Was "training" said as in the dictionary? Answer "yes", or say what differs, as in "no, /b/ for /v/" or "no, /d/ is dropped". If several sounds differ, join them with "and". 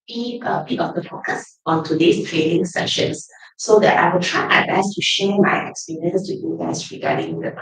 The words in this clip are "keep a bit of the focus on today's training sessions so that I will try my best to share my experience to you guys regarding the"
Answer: no, /l/ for /n/